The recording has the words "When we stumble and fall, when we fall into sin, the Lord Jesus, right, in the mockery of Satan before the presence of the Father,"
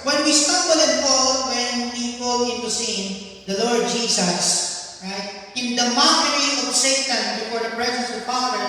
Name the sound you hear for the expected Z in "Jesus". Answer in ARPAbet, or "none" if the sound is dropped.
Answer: S